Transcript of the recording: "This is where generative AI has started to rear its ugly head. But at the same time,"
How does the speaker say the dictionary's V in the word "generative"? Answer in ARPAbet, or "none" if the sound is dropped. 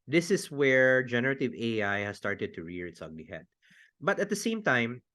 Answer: V